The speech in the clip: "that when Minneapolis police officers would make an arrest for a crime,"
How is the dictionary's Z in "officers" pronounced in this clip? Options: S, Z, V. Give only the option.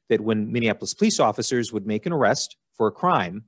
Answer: Z